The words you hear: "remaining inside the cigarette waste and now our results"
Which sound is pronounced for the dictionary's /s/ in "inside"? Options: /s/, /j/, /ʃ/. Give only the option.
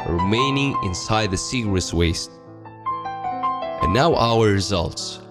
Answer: /s/